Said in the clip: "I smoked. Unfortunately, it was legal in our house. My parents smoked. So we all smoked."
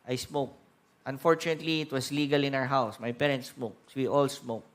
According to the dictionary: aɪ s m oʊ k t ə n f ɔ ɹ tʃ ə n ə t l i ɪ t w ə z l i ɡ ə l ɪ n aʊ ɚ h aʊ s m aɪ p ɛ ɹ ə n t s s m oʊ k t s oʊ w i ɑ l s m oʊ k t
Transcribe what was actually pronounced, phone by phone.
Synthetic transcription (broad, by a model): aɪ s m oʊ k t ə n f ɔ ɹ tʃ ə n ə t l i ɪ t w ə s l i ɡ ə l ɪ n aʊ ɚ h aʊ s m aɪ p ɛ ɹ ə n t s s m oʊ k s w i ɑ l s m oʊ k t